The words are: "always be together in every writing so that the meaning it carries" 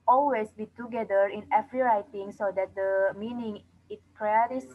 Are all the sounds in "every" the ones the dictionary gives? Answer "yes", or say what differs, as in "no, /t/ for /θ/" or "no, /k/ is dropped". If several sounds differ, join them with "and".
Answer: no, /f/ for /v/